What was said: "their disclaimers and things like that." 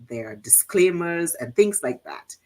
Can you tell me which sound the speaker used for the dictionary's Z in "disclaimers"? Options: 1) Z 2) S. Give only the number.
1